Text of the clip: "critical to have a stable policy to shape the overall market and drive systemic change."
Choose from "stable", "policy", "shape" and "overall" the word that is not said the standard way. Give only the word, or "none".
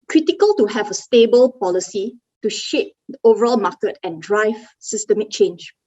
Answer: none